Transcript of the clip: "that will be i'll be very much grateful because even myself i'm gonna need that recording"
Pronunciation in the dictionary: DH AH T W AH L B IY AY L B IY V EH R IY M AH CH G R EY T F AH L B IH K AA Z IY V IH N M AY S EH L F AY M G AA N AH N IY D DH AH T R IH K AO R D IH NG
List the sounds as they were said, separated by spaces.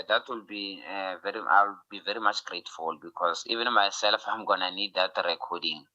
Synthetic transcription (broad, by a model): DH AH T W AH L B IY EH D B IY V EH R IY M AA CH G R EY T F AH L B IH K AA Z IY V IH N M AY S EH L F AY M G AA N AH N IY D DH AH T R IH K AO D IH NG